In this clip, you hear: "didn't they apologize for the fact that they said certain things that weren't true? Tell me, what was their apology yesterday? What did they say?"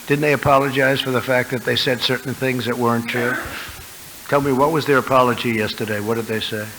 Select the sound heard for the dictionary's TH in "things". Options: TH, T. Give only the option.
TH